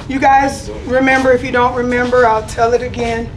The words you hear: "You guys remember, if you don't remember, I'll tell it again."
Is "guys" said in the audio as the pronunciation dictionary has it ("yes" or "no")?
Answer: yes